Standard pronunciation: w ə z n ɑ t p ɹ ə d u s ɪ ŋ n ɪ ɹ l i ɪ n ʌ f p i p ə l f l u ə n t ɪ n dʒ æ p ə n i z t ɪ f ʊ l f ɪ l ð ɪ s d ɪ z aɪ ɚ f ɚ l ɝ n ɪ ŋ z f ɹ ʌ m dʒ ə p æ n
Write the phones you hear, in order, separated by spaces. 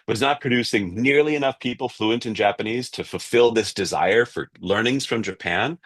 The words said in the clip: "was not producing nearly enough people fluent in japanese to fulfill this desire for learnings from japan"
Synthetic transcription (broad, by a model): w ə z n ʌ t p ɹ ə d u s ɪ ŋ n ɪ ɹ l i ɪ n ʌ f p i p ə l f l u ə n t ɪ n dʒ æ p ə n i z t ɪ f l f ɪ l ð ɪ s d ɪ z aɪ ɚ f ɚ l ɝ n ɪ ŋ z f ɹ ʌ m dʒ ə p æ n